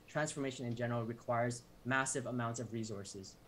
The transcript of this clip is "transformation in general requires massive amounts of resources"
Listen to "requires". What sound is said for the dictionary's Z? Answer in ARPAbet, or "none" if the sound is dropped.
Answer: Z